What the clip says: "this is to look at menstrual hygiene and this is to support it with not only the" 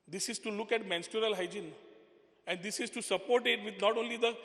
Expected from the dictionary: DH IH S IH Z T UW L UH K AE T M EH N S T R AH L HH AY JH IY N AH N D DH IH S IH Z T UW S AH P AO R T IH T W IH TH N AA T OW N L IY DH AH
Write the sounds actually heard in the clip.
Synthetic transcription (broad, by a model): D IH S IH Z T UW L UH K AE T M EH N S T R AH L HH AY JH IY N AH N D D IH S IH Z T UW S AH P AO R T IH T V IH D N AA T OW N L IY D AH